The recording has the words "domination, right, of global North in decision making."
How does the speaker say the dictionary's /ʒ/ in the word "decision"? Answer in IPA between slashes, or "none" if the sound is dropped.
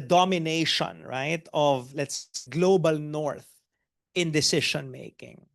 /ʃ/